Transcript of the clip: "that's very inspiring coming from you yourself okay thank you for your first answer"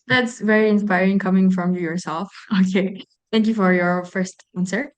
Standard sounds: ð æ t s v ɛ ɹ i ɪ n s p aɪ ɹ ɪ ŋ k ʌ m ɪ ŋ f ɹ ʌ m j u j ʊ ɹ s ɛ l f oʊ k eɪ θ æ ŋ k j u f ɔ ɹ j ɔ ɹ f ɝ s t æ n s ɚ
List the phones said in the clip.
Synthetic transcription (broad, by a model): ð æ t s v ɛ ɹ i ɪ n s p aɪ ɹ ɪ ŋ k ʌ m ɪ ŋ f ɹ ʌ m j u j ʊ ɹ s ɛ l f oʊ k eɪ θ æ ŋ k j u f ɔ ɹ j ɔ ɹ f ɝ s t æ n s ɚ